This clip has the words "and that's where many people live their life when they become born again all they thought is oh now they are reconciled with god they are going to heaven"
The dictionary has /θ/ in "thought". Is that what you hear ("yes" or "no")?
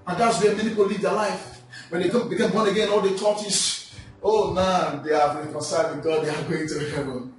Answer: no